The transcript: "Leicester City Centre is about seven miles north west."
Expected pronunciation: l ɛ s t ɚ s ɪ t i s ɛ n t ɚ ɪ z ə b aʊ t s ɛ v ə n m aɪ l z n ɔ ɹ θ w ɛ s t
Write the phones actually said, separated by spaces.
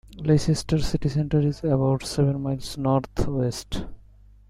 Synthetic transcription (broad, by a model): l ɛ s t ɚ s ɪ t i s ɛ n t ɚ ɪ z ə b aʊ t s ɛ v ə n m aɪ l s n ɔ ɹ t w ɛ s t